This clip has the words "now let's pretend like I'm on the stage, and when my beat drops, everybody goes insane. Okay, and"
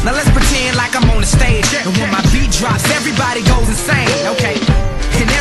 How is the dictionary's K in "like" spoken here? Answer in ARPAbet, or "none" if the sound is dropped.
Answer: K